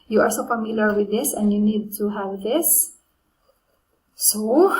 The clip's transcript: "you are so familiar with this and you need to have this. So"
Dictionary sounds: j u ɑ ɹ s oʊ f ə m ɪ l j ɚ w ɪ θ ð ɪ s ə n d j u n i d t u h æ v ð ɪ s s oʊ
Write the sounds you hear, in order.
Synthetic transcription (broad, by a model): j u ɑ l s oʊ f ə m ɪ l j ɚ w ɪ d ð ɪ s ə n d j u n i d t u h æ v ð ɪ s s oʊ